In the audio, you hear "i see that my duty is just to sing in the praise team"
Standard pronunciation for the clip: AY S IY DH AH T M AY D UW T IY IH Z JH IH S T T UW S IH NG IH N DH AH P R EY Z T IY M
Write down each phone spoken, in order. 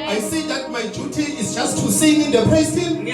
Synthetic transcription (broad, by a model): AY S IY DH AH T M AY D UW T IY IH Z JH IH S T T UW S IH NG IH N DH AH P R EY S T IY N